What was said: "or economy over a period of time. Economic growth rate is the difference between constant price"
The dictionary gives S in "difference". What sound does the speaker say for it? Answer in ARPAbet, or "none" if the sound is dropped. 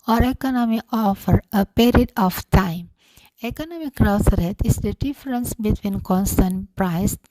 S